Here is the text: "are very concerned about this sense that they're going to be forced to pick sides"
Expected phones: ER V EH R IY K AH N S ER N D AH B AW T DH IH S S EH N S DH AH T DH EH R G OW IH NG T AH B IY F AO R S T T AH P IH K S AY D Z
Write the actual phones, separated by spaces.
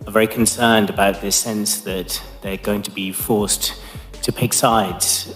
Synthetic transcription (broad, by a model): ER V EH R IY K AH N S ER N D AH B AW T DH IH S S EH N S DH AH T DH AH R G OW IH NG T AH B IY F AO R S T T AH P IH K S AY D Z